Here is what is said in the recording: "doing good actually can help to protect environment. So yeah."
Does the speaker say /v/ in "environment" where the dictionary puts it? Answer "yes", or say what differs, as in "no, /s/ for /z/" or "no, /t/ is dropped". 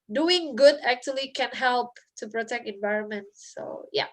yes